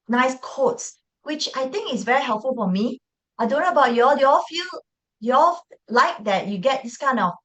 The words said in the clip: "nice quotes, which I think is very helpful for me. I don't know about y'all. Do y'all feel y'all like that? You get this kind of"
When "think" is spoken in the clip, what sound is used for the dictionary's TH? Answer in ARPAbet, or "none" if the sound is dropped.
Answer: T